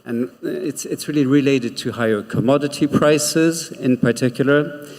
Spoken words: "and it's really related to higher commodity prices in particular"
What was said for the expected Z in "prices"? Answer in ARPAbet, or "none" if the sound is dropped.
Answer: Z